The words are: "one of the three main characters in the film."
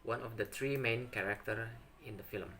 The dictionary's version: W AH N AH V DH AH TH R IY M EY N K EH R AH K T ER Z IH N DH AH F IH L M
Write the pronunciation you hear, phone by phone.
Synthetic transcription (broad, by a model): W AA N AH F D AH T R IY M EY N K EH R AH K T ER IH N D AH F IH L M